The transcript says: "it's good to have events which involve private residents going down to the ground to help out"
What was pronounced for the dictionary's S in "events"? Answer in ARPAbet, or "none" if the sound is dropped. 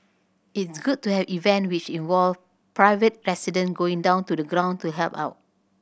none